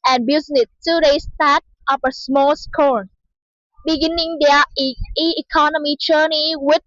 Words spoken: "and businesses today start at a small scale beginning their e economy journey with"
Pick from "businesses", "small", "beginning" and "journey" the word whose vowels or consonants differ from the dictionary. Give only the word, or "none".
businesses